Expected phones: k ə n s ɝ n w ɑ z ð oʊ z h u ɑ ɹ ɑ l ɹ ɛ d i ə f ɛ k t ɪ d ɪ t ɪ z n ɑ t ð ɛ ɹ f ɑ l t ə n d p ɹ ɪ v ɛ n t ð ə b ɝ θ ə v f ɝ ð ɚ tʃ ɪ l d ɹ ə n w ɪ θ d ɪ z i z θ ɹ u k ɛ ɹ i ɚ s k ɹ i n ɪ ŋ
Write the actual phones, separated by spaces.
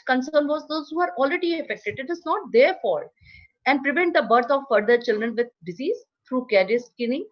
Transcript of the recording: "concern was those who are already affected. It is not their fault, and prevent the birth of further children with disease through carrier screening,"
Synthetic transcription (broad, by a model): k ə n s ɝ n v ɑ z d oʊ z h u ɑ ɹ ɑ l ɹ ɛ d i ə f ɛ k t ɪ d ɪ t ɪ z n ɑ t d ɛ ɹ f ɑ t ə n d p ɹ ɪ v ɛ n t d ə b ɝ t ə v f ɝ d ɚ tʃ ɪ l d ɹ ə n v ɪ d d ɪ z i z t ɹ u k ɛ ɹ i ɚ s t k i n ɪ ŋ